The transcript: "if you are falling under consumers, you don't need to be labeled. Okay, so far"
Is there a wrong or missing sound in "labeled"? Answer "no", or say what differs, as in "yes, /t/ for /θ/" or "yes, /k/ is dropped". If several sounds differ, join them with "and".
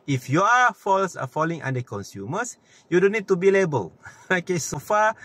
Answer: yes, /d/ is dropped